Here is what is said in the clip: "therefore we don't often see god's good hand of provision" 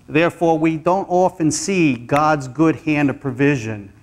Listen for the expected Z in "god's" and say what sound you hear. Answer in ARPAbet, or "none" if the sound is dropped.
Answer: Z